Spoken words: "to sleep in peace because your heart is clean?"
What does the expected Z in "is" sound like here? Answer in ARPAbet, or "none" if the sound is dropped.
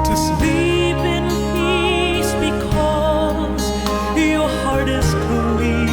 S